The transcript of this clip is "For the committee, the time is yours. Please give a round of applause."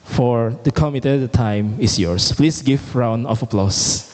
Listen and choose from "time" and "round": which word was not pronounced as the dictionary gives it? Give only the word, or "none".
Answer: round